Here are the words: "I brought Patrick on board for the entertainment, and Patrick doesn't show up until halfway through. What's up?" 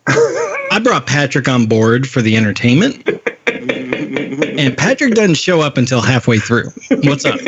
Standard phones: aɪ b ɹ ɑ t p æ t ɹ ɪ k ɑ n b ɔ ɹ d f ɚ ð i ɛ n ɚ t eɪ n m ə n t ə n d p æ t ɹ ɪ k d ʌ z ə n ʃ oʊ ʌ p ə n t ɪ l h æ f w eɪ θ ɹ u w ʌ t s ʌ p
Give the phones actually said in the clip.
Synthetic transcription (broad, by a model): aɪ b ɹ ɑ t p æ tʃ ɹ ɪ k n b ɔ ɹ d f ɚ ð i ɛ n ɚ t eɪ n m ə n t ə n p æ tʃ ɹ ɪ k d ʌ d n ʃ oʊ ʌ p ə n t ɪ l h æ f w eɪ θ ɹ u w ʌ t s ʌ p